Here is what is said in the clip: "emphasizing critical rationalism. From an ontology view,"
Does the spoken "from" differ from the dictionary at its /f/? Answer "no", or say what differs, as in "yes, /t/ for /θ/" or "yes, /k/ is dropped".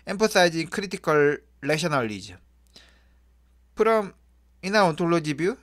yes, /p/ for /f/